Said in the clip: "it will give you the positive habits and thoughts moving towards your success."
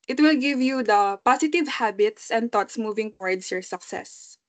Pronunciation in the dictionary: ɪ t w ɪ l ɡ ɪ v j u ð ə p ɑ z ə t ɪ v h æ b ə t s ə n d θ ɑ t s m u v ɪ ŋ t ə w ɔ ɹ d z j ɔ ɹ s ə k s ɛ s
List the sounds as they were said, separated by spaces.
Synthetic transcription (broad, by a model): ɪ t w ɪ l ɡ ɪ v j u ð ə p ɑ s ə t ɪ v h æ b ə t s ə n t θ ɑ t s m u v ɪ ŋ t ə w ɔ ɹ d s j ɔ ɹ s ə k s ɛ s